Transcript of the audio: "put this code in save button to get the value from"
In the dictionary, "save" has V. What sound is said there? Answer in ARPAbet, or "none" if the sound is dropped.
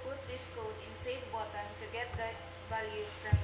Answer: F